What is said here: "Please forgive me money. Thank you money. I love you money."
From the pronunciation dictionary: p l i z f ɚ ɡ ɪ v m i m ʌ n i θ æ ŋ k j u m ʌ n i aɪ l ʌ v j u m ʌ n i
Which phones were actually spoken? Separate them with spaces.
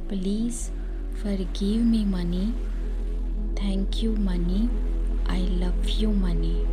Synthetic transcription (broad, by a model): p l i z f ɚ ɡ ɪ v m i m ʌ n i t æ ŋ k j u m ʌ n i aɪ l ʌ v j u m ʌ n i